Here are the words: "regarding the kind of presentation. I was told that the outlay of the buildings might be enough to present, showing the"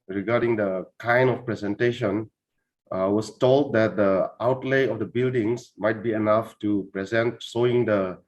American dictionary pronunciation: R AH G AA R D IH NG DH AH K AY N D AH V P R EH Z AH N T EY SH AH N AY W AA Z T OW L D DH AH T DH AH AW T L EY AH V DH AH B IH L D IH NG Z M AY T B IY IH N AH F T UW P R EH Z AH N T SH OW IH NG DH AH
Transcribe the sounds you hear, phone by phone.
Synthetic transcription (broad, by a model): R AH G AA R D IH NG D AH K AY N D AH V P R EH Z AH N T EY SH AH N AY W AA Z T OW L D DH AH T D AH AW T L EY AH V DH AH B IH L D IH NG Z M AY T B IY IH N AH F T UW P R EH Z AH N T S OW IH NG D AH